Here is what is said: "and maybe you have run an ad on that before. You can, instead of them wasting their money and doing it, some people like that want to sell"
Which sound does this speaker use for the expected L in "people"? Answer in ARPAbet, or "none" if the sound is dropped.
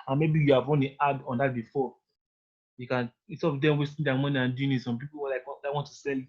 W